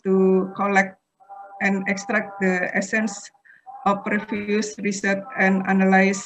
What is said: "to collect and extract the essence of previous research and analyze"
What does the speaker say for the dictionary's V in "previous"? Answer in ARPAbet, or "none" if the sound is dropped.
F